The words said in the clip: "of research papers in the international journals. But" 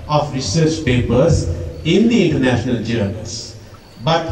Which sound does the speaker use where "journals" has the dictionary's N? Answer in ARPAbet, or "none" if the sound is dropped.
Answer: none